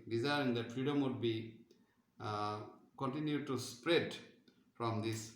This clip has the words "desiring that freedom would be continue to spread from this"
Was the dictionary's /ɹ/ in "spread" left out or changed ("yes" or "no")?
no